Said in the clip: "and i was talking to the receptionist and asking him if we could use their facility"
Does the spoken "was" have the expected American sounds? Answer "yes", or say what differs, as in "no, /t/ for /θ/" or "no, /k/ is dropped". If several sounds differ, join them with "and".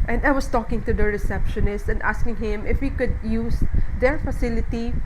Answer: no, /s/ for /z/